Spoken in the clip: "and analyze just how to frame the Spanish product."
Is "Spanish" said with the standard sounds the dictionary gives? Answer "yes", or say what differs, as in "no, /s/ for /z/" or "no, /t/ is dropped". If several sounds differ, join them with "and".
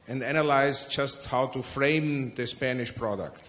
yes